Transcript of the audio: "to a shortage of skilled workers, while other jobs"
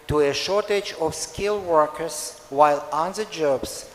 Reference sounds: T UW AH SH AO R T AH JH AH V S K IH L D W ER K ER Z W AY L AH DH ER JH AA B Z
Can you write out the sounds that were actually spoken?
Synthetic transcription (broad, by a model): T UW AH SH AO R T AH JH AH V S K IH L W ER K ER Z W AY L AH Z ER JH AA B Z